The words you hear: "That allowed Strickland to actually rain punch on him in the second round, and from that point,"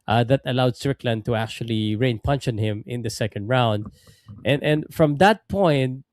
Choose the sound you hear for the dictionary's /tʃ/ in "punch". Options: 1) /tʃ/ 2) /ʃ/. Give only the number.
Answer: 2